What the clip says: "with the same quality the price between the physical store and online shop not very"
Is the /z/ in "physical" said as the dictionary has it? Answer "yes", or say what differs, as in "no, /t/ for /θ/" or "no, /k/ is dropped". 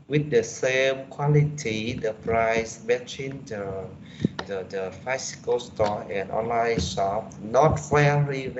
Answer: no, /s/ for /z/